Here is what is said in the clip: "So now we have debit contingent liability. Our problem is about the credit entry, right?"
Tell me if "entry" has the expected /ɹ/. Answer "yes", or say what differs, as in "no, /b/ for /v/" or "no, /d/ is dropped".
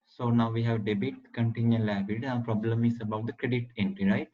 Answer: no, /ɹ/ is dropped